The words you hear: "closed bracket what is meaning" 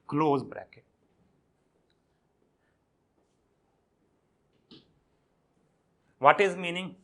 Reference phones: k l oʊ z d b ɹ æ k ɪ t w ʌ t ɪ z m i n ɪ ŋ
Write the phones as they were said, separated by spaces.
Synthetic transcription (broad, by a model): k l oʊ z b ɹ æ k ɪ t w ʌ t ɪ z m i n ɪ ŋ